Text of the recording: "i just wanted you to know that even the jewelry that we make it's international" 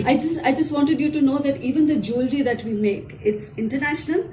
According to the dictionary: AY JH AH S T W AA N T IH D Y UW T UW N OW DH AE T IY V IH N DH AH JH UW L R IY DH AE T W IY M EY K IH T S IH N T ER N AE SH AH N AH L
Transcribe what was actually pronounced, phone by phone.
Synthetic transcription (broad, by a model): AY JH AH S T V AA N T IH D Y UW T UW N OW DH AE T IY V IH N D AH JH UW L R IY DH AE T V IY M EY K IH T S IH N T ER N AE SH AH N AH L